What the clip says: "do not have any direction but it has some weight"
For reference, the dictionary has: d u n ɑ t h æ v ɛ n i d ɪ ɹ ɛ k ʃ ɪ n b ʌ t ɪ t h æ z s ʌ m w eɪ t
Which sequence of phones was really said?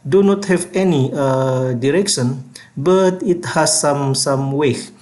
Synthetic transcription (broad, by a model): d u n ɑ t h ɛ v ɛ n i d ɪ ɹ ɛ k ʃ ɪ n b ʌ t ɪ t h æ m s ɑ m w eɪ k